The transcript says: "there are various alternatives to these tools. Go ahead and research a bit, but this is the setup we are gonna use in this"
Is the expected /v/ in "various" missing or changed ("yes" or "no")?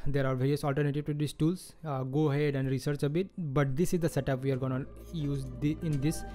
no